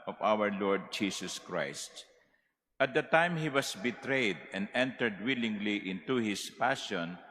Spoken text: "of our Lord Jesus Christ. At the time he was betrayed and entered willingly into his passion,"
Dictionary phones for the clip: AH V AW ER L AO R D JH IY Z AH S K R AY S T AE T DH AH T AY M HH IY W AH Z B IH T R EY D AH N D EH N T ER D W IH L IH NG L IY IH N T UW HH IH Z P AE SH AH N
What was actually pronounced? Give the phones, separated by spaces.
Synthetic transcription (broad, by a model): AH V AW ER L AO R D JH IY S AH S K R AY S T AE T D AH T AY M HH IY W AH S B IH T R EY D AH N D EH N T ER D W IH L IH NG L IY IH N T UW HH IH S P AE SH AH N